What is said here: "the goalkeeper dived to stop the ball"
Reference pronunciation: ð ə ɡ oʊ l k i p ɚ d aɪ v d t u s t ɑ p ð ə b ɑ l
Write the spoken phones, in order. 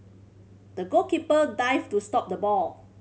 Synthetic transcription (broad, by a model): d ə ɡ oʊ k i p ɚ d aɪ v t u s t ɑ p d ə b ɑ l